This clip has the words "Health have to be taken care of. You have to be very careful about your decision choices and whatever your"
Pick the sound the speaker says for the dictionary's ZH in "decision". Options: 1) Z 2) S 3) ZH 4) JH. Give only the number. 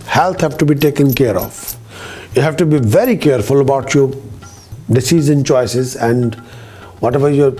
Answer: 1